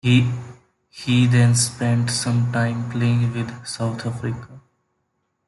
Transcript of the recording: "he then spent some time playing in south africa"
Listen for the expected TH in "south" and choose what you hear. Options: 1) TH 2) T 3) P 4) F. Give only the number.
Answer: 2